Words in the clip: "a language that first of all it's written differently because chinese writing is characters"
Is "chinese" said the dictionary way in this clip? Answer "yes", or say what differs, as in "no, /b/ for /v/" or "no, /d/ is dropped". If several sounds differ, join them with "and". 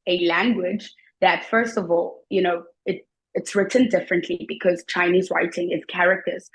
yes